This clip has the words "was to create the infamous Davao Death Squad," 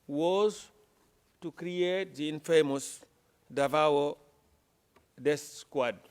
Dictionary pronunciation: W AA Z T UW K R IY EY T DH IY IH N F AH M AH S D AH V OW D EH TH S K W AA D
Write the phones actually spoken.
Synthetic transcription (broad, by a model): W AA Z T UW K R IY EY T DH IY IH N F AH M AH S D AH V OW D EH S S K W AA D